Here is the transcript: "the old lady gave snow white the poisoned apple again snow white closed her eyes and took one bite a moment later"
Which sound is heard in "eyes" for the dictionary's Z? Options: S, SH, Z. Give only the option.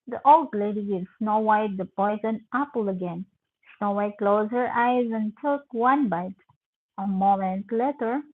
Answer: Z